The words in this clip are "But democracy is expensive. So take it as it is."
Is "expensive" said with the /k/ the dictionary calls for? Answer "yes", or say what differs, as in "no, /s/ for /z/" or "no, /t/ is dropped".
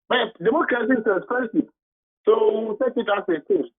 no, /k/ is dropped